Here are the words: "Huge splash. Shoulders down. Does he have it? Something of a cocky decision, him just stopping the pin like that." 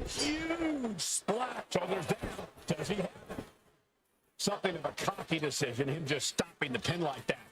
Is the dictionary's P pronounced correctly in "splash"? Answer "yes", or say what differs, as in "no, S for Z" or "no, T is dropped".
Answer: no, P is dropped